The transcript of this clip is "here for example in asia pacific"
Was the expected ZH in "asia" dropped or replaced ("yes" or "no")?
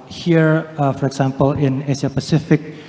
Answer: yes